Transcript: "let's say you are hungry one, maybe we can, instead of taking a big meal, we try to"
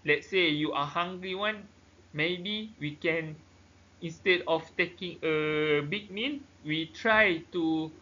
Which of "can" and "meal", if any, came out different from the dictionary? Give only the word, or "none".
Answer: meal